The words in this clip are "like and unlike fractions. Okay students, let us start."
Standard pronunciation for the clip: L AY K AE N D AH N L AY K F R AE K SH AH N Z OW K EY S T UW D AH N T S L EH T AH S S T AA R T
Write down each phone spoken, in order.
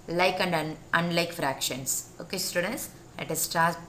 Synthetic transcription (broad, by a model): L AY K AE N D AH N L AY K F R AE K SH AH N S OW K EY S T UW D AH N T S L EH T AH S S T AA R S